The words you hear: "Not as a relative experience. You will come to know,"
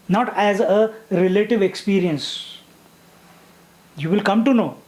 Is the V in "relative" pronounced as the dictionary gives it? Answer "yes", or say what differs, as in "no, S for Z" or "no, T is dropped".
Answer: yes